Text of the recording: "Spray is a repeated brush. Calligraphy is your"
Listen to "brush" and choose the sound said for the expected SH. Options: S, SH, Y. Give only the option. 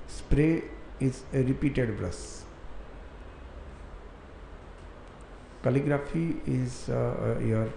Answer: S